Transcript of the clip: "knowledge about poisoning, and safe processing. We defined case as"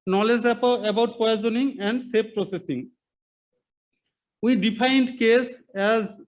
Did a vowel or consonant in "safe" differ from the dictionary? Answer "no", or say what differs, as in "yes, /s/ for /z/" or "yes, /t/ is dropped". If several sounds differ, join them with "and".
yes, /p/ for /f/